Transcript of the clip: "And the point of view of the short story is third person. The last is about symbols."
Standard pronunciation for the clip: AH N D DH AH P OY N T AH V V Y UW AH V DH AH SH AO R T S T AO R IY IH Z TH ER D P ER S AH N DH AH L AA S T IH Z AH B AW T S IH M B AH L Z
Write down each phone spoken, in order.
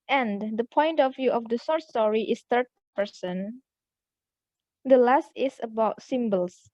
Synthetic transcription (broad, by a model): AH N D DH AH P OY N T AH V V Y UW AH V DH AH S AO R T S T AO R IY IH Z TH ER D P ER S AH N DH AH L AA S T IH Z AH B AW T S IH M B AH L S